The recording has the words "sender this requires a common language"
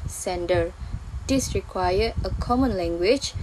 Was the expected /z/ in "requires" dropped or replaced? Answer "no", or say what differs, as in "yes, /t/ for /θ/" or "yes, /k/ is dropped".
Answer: yes, /z/ is dropped